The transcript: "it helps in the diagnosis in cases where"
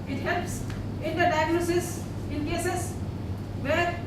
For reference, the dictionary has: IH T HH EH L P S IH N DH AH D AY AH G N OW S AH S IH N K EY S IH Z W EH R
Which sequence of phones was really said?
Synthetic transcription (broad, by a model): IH T HH EH L P S IH N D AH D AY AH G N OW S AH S IH N K EY S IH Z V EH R